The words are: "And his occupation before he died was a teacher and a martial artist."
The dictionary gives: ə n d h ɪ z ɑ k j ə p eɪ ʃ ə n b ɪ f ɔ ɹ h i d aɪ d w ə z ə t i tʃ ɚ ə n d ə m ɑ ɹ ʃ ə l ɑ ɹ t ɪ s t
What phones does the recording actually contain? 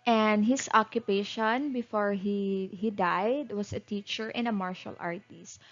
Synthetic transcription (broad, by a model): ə n d h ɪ s ɑ k j ə p eɪ ʃ ə n b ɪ f ɔ ɹ h i d aɪ d w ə s ə t i tʃ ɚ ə n ə m ɑ ɹ ʃ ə l ɑ ɹ t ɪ s t